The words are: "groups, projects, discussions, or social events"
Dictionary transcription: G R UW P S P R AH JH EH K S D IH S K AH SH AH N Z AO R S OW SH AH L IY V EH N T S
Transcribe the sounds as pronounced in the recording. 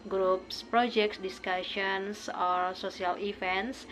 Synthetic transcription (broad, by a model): G R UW P S P R AH JH EH K S D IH S K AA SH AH N S AO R S OW S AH L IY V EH N T S